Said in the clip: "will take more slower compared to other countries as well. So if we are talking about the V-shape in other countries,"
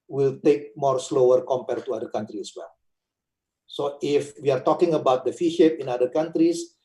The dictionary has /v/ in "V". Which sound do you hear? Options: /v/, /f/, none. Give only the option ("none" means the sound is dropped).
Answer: /f/